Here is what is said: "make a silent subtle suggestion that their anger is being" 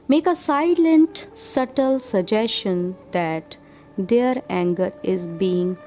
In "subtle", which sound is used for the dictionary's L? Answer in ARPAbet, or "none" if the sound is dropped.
L